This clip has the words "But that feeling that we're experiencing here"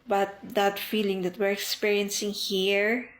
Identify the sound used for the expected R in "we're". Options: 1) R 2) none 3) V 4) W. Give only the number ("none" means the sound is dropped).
1